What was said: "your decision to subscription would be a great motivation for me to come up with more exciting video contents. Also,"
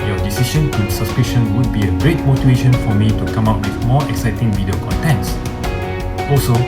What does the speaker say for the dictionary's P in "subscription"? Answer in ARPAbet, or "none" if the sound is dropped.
none